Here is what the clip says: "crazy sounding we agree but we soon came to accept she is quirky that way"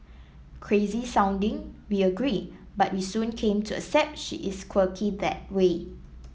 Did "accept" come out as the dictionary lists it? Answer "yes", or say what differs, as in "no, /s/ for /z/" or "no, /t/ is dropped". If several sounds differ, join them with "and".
no, /k/ is dropped